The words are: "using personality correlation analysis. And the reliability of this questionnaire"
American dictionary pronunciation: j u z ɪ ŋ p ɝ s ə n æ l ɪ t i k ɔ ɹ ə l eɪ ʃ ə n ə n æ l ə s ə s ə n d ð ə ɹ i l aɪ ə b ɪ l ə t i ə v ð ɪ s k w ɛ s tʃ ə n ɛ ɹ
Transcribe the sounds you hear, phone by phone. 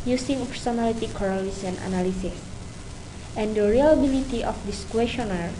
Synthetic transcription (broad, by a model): j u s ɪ ŋ p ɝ s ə n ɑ l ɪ t i k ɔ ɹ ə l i s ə n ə n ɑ l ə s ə s ə n d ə ɹ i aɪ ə b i l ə t i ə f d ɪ s k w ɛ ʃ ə n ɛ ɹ